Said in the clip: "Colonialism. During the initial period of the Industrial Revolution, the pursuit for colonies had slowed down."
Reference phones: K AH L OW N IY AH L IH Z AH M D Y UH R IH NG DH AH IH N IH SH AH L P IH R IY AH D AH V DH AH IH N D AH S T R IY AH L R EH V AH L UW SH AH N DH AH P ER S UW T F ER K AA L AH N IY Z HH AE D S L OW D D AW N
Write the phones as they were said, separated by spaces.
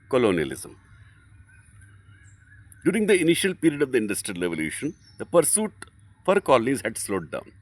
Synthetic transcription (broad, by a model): K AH L OW N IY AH L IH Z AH M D Y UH R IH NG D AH IH N IH SH AH L P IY R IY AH D AH V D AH IH N D AH S T R IY AH L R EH V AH L UW SH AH N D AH P ER S UW T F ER K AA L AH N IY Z HH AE D S L OW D D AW N